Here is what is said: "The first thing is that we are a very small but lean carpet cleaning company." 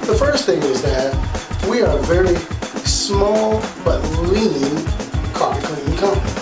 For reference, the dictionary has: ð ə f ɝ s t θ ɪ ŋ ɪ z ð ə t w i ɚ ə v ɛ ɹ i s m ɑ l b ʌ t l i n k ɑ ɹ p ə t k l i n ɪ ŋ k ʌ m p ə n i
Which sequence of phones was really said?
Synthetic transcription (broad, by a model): ð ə f ɝ s t θ ɪ ŋ ɪ z ð ə t w i ɚ ə v ɛ ɹ i s m ɑ l b ʌ t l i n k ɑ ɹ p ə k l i ɪ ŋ k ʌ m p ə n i